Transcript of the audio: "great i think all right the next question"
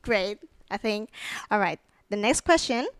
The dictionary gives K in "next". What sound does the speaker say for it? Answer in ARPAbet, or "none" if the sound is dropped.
K